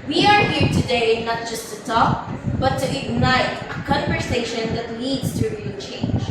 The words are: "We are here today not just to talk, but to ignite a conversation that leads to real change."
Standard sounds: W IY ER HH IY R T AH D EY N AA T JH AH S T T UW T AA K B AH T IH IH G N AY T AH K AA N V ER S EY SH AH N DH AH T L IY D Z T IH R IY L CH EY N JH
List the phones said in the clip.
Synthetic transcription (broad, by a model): W IY ER HH IY R T AH D EY N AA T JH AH S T T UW T AA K B AH T IH IH G N AY T AH K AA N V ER S EY SH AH N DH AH T L IY D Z T IH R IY N CH EY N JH